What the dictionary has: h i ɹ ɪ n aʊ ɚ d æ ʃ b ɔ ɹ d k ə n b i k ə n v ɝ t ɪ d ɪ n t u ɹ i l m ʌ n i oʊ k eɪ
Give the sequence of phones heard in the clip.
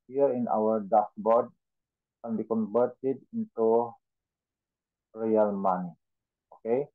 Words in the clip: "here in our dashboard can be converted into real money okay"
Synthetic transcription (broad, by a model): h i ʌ ɪ n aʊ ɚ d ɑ s b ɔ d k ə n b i k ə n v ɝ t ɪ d ɪ n t u ɹ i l m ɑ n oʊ k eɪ